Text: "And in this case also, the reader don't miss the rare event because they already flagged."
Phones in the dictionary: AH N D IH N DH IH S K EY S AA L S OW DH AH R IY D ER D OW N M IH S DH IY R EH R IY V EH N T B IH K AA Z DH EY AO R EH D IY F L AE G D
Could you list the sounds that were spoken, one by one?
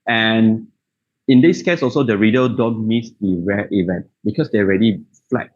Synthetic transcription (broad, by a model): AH N IH N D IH S K EY S AA L S OW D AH R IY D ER D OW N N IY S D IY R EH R IY V EH N T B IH K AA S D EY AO R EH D IY F L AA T